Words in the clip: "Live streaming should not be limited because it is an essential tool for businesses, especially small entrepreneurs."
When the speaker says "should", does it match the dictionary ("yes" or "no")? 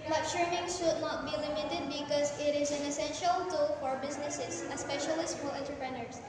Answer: yes